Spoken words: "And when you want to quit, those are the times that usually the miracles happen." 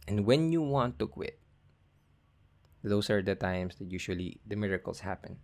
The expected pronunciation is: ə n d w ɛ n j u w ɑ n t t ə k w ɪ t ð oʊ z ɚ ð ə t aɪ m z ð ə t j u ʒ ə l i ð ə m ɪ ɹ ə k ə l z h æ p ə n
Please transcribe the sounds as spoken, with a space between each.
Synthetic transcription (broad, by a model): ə n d w ɛ n j u w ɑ n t t ə k w ɪ t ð oʊ s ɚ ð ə t aɪ m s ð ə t j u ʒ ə l i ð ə m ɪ ɹ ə k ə l s h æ p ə n